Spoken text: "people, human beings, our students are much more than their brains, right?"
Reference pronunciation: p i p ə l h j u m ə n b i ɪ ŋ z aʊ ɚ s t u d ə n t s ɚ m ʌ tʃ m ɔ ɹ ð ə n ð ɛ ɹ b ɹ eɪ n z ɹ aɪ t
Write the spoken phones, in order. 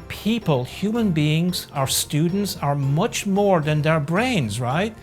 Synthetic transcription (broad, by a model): p i p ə l h j u m ə n b i ɪ ŋ z aʊ ɚ s t u d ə n t s ɚ m ʌ tʃ m ɔ ɹ ð ə n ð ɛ ɹ b ɹ eɪ n z ɹ aɪ t